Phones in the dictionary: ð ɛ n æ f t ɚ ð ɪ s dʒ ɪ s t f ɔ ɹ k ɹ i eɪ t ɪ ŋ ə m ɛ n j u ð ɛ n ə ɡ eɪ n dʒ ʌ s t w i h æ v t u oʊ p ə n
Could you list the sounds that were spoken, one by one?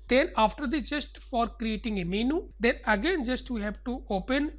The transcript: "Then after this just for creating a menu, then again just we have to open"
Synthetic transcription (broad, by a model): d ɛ n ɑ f t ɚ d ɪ dʒ ɪ s t f ɔ ɹ k ɹ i eɪ t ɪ ŋ ə m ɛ n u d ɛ n ə ɡ eɪ n dʒ ʌ s t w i h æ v t u oʊ p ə n